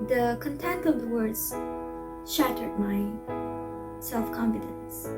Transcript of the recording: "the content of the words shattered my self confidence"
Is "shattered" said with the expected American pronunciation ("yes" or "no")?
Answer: yes